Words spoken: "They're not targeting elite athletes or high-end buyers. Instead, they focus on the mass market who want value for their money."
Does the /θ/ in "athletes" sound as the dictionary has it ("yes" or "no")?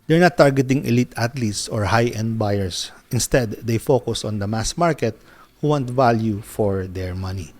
no